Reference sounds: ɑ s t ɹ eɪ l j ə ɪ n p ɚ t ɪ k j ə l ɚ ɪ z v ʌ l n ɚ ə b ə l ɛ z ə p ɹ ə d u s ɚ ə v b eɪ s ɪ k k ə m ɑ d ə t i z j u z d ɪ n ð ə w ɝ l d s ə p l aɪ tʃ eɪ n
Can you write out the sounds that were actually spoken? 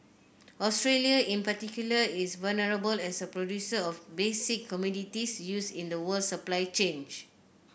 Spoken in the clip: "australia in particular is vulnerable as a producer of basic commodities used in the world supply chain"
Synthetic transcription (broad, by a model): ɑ s t ɹ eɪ l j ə ɪ n p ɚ t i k j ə l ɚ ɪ s v ʌ l n ɚ ə b ə l ɛ s ə p ɹ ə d u s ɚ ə f b eɪ s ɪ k k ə m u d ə t i s j u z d ɪ n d ə w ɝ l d s ə p l aɪ tʃ eɪ n